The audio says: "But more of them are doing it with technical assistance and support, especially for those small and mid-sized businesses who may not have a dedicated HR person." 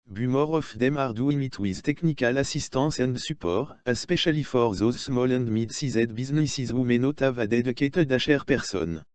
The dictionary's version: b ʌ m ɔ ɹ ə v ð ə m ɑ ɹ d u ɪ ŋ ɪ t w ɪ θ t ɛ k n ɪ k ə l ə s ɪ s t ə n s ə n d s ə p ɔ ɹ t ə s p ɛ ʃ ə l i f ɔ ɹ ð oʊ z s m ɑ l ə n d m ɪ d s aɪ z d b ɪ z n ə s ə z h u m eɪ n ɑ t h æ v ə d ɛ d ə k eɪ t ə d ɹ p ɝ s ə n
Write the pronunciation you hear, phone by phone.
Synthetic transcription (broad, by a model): b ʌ m ɔ ɹ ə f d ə m ɑ ɹ d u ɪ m ɪ t w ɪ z t ɛ k n ɪ k ə l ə s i s t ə s ə n d s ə p ɔ ɹ ə s p ɛ ʃ ə l i f ɔ ɹ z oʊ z s m ɑ l ə n d m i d s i z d b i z n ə s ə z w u m eɪ n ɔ t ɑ v ə d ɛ d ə k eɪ t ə d ɹ p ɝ s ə n